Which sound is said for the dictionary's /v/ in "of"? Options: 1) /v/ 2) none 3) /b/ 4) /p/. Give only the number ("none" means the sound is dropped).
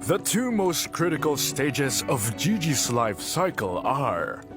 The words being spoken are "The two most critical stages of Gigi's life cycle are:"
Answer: 1